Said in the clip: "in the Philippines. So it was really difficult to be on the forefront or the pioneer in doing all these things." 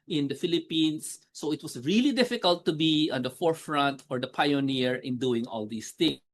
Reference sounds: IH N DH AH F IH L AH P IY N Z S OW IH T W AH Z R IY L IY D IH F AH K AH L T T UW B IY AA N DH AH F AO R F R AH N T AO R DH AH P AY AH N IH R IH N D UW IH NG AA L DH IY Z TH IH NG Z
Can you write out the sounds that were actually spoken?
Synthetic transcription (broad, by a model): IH N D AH F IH L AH P IY N S OW IH T W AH S R IY L IY D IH F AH K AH L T T UW B IY AA N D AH F AO R F R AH N T AO R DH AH P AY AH N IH R IH N D UW IH NG AA L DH IY S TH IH NG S